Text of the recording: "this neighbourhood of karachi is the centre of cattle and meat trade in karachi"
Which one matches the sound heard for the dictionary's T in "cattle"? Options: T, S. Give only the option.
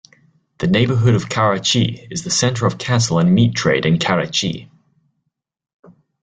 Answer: S